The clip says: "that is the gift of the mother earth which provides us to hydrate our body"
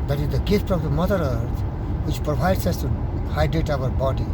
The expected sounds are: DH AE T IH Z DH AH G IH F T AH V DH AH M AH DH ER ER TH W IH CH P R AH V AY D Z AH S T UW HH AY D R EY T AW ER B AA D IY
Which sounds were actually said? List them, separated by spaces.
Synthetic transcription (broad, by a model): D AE T IH Z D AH G IH F T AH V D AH M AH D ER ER T W IH CH P R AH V AY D S AH S T UW HH AY D R EY T AW ER B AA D IY